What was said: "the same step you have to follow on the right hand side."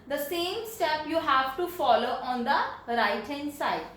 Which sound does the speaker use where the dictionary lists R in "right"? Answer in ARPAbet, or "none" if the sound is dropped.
R